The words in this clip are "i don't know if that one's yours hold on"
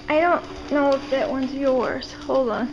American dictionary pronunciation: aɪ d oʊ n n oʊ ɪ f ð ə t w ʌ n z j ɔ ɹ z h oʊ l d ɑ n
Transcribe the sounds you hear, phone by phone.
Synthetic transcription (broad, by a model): aɪ d oʊ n n oʊ ɪ f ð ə t w ʌ n z j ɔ ɹ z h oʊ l ɑ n